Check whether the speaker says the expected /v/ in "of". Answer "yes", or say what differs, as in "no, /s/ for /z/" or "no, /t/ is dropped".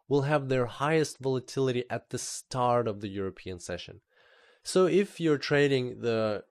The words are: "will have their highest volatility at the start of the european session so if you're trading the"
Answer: yes